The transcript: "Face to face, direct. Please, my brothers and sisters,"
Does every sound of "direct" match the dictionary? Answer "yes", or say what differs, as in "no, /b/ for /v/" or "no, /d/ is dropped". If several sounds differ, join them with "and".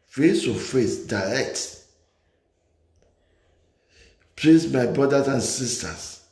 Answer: yes